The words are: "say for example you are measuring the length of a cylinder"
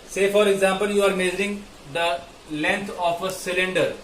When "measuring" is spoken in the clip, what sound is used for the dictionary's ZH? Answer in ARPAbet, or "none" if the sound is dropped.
Z